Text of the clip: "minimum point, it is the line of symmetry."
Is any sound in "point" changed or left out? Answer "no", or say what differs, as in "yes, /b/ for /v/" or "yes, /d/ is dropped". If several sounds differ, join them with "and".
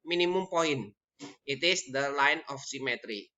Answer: yes, /t/ is dropped